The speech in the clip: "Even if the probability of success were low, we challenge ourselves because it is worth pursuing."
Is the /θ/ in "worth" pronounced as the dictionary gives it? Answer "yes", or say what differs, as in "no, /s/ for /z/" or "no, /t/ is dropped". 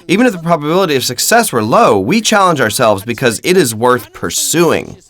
yes